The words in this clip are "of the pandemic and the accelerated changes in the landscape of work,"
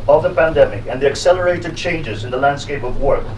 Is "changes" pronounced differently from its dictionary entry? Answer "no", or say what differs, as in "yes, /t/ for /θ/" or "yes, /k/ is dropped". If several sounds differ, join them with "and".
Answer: no